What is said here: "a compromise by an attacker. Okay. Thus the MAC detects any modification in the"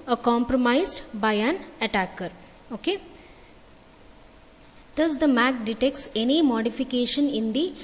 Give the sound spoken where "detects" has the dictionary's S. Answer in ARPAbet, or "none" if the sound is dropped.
S